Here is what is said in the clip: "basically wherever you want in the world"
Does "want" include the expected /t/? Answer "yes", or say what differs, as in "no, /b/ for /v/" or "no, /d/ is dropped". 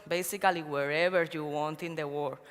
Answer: yes